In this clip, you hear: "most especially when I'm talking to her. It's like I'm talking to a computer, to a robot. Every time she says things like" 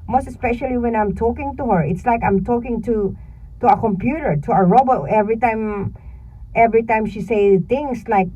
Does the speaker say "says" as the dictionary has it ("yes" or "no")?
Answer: no